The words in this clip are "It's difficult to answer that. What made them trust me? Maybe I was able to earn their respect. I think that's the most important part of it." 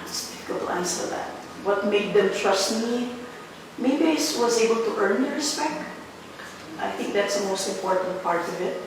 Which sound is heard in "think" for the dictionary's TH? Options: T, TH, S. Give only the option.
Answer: TH